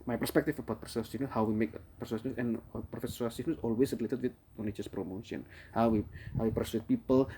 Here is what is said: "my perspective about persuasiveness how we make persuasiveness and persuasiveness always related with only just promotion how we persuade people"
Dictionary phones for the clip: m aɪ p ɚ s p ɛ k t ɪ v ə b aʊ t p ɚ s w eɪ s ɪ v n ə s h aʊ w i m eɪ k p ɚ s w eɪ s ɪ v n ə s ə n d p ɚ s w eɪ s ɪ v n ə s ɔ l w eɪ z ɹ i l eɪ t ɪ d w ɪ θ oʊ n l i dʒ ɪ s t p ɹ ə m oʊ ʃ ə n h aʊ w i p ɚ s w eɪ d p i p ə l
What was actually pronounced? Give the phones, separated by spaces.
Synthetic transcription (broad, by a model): m aɪ p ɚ s p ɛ k t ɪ f ə b aʊ t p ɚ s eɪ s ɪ n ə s h aʊ w i m eɪ k p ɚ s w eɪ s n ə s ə n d f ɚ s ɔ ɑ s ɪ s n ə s ɔ l w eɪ s ɹ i l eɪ t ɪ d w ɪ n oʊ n i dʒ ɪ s p ɹ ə m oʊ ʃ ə n h aʊ w i p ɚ s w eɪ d p i p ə l